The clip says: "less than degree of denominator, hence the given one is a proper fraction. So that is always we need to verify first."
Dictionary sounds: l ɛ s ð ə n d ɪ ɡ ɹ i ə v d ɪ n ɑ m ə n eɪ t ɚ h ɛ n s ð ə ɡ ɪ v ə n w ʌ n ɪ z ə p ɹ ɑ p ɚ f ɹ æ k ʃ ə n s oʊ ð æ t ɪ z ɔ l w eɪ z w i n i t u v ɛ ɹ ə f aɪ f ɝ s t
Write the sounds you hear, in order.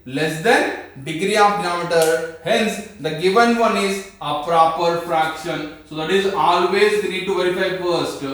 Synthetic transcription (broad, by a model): l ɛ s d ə n d ɪ ɡ ɹ i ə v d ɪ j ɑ m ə t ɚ h ɛ n s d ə ɡ ɪ v ə n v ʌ n ɪ z ə p ɹ ɑ p ɚ f ɹ æ k ʃ ə n s oʊ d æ t ɪ z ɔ l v eɪ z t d i t u v ɛ ɹ ə f aɪ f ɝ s t